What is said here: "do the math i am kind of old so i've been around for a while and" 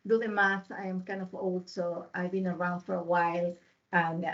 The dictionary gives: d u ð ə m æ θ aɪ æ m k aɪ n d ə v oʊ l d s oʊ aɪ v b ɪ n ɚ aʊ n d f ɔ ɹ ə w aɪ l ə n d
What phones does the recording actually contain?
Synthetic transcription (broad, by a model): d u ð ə m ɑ s aɪ m k aɪ n d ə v oʊ l d s oʊ aɪ v b ɪ n ɚ aʊ n d f ɔ ɹ ə w aɪ l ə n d